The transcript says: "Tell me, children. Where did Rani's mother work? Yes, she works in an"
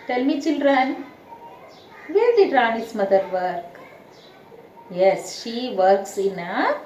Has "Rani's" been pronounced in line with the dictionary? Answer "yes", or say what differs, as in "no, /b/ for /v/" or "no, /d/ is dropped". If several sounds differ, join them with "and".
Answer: no, /s/ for /z/